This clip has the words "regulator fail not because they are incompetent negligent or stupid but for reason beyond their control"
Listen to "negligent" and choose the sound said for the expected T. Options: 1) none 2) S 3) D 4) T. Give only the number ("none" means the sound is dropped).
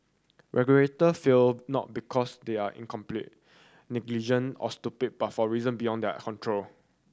1